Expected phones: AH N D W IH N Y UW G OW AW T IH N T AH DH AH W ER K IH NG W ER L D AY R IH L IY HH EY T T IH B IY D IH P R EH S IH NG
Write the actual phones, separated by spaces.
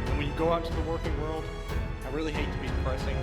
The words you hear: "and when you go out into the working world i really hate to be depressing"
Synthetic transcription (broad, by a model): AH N W IH N Y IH G OW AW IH T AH DH AH W ER K IH NG W ER L D AY R IH L IY HH EY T T IH B IY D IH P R EH S IH NG